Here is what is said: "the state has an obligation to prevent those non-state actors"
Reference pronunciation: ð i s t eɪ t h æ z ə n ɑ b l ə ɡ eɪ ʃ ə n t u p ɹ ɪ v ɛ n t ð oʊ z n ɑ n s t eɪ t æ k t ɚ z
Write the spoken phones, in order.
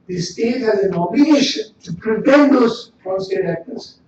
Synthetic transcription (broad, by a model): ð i s t eɪ t h æ z ə n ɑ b ə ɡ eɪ ʃ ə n t u p ɹ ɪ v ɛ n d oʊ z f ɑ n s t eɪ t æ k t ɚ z